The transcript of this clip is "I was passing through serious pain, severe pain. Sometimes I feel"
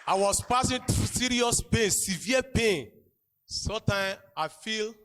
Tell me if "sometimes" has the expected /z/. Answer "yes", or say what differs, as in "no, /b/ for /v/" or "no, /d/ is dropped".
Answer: no, /z/ is dropped